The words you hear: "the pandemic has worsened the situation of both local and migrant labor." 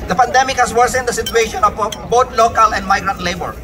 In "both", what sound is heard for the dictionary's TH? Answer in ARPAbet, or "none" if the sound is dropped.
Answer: T